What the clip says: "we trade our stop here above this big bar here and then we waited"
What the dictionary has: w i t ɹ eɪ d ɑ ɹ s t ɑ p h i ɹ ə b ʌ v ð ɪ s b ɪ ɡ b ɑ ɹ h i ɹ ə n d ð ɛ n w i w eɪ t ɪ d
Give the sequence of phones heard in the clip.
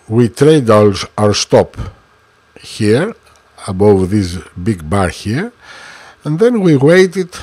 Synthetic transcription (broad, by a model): w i t ɹ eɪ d ɑ ɹ s t ɑ p h i ɹ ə b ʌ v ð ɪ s b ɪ ɡ b ɑ ɹ h i ɹ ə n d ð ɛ n w i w eɪ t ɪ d